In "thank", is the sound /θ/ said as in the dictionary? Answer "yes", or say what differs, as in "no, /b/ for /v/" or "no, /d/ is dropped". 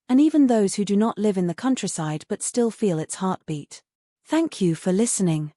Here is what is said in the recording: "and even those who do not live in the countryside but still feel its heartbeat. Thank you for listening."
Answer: yes